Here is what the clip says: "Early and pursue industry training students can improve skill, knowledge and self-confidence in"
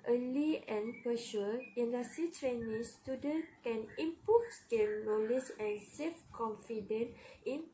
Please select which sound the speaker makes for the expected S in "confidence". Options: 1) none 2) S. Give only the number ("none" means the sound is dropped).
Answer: 1